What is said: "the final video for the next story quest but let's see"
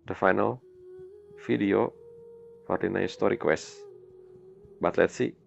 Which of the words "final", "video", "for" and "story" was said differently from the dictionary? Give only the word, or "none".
video